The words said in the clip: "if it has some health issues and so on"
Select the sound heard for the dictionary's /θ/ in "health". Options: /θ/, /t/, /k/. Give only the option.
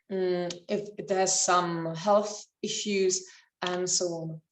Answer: /θ/